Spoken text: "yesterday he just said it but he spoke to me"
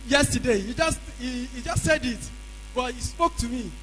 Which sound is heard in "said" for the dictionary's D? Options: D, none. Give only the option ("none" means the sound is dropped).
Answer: D